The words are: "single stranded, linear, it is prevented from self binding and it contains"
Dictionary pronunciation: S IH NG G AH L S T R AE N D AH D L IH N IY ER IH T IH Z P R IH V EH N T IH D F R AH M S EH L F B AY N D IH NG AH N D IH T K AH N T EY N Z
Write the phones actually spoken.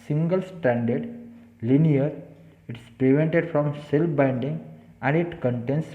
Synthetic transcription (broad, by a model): S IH NG G AH L S T AE N D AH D L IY N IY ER IH T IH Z P R IH V EH N T IH D F R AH M S EH L F B AY N D IH NG AH N D IH T K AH N T EY N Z